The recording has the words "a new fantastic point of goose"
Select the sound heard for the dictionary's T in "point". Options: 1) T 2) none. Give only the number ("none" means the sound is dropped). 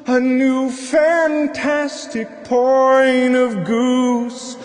2